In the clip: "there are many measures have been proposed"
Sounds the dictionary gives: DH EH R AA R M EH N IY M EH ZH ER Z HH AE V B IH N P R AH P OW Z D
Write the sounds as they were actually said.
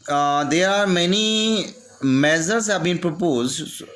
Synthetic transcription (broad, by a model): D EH R AA R M EH N IY M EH Z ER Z HH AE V B IH N P R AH P OW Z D